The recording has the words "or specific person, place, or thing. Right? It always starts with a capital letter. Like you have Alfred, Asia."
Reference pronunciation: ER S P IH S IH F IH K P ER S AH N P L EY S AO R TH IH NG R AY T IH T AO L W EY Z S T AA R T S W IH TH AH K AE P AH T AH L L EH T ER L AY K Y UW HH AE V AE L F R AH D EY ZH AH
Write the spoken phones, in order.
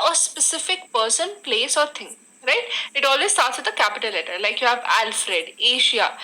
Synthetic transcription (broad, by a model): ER S P IH S IH F IH K P ER S AH N P L EY S AO R T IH NG R AY T IH T AO L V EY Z S T AA R T S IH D AH K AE P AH T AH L L EH T ER L AY K Y UW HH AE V AE L F R AH D EY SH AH